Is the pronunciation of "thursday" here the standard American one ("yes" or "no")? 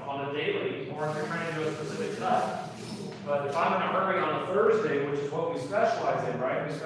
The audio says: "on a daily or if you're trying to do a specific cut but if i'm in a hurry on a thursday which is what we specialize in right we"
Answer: yes